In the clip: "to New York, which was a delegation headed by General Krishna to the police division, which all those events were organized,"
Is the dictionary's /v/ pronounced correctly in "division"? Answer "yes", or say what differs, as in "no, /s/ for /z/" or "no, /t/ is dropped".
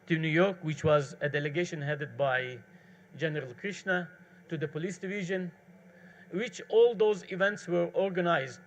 yes